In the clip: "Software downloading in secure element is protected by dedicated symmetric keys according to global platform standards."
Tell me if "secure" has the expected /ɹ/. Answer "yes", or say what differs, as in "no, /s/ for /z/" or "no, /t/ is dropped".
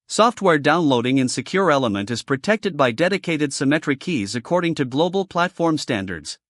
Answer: yes